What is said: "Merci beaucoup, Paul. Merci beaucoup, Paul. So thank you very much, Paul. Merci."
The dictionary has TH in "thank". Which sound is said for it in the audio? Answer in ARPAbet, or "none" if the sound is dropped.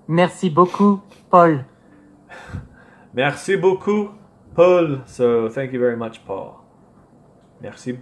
TH